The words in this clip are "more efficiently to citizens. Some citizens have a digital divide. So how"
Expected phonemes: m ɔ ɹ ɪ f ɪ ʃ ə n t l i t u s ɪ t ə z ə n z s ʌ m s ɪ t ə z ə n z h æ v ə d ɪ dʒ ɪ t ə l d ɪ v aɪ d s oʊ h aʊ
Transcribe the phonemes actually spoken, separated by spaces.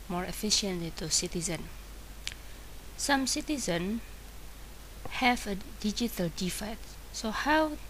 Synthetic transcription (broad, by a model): m ɔ ɹ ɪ f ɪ ʃ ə n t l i t u s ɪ t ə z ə n s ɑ m s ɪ t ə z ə n h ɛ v ə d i dʒ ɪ t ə l d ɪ f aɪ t s oʊ h aʊ